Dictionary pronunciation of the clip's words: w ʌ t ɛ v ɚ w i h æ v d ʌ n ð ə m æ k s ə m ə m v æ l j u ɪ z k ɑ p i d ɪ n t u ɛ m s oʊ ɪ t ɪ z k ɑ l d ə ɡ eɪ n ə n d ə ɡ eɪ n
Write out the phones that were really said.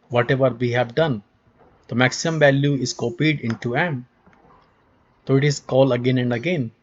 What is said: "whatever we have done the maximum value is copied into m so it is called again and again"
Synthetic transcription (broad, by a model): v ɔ t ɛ v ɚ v i h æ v d ʌ n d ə m æ k s ə m ə m v æ l j u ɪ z k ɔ p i d ɪ n t u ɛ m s oʊ ɪ t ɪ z k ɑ l ə ɡ eɪ n ə n d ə ɡ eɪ n